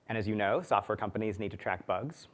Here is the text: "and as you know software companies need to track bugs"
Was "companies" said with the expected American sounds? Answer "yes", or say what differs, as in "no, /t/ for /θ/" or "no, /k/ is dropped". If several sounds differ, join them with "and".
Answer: yes